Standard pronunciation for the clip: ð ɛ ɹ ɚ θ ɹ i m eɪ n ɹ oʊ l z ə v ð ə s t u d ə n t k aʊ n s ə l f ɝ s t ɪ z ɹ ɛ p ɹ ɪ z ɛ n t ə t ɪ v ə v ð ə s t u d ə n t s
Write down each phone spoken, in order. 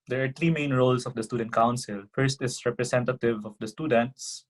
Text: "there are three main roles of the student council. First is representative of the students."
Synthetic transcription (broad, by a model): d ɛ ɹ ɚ t ɹ i m eɪ n ɹ oʊ l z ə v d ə s t u d ə n t k aʊ n s ə l f ɝ s t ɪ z ɹ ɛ p ɹ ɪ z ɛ n t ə t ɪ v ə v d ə s t u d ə n t s